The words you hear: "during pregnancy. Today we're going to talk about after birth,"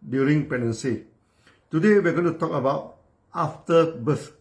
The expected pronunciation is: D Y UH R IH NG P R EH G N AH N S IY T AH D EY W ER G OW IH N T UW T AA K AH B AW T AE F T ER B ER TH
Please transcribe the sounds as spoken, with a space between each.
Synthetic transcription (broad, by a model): D Y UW R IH NG P EH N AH N S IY T AH D EY W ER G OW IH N T UW T AA K AH B AW T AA F T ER B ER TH